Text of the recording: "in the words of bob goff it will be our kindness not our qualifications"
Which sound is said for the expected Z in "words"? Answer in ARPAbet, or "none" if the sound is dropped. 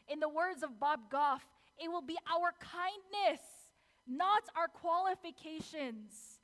Z